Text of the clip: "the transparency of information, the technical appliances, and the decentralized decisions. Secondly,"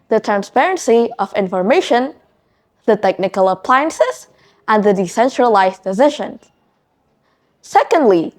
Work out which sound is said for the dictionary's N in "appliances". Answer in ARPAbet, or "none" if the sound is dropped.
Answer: N